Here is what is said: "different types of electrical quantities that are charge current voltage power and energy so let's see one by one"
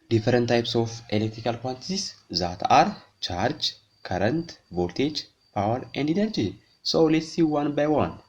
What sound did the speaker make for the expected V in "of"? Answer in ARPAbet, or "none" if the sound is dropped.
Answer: F